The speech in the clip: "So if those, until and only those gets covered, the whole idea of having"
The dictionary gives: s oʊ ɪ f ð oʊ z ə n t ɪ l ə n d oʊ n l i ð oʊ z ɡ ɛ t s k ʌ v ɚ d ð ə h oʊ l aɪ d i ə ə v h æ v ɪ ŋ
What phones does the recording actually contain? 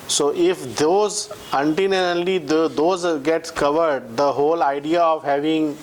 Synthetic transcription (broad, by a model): s oʊ ɪ f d oʊ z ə n t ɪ n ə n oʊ l i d oʊ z ɡ ɛ t s k ʌ v ɚ d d ə h oʊ l aɪ d i ə ə v h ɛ v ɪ ŋ